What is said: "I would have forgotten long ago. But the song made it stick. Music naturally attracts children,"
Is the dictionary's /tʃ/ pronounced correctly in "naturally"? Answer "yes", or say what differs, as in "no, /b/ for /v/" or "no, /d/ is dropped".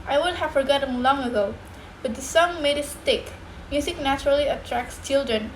yes